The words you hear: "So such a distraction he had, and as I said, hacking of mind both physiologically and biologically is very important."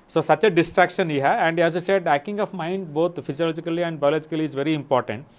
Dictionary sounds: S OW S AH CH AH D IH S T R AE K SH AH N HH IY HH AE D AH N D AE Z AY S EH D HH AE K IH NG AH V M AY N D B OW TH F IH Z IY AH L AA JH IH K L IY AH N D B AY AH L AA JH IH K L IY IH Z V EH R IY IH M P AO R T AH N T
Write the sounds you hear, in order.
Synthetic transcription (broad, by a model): S OW S AH CH AH D IH S T R AE K SH AH N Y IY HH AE AH N D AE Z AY S EH D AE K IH NG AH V M AY N D B OW T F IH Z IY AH L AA JH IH K L IY AH N D B AY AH L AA JH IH K L IY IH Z V EH R IY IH M P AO R T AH N T